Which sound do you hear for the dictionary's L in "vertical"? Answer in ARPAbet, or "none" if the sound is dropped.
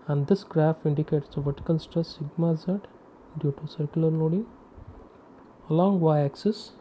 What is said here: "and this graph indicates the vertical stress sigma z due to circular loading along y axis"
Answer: N